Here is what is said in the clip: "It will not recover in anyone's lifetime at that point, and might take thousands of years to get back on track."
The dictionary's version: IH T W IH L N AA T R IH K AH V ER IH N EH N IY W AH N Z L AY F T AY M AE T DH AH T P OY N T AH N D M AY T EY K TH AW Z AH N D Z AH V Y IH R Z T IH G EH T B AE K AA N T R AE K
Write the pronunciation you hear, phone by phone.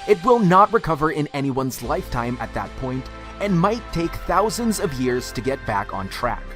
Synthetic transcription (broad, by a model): IH T W IH L N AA T R IH K AH V ER IH N EH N IY W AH N Z L AY F T AY M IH T DH AH T P OY N T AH N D M AY T EY K TH AW Z AH N D Z AH V Y IH R Z T IH G EH T B AE K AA N T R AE K